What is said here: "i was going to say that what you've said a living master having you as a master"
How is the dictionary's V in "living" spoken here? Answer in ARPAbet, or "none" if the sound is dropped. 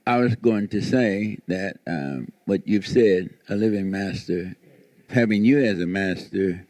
V